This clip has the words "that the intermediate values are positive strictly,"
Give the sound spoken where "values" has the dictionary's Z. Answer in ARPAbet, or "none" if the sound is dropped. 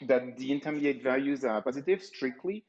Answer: Z